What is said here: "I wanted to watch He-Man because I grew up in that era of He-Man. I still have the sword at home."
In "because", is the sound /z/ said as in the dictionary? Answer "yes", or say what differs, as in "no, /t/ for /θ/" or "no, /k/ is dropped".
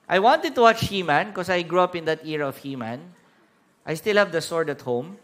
no, /s/ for /z/